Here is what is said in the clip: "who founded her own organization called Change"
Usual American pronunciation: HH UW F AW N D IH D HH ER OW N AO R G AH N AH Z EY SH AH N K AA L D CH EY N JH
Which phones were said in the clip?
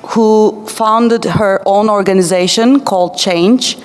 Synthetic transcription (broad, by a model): HH UW F AW N D IH D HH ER OW N AO R G AH N AH Z EY SH AH N K AA L D CH EY N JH